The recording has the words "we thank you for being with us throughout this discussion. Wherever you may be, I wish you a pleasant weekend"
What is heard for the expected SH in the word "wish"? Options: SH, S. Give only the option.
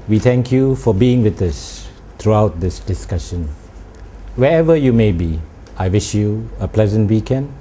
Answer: SH